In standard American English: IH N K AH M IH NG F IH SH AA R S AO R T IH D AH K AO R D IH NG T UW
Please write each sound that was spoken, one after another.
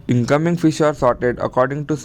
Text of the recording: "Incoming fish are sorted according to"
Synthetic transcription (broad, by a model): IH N K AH M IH NG F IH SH AA R S AO R T IH D AH K AO R D IH NG T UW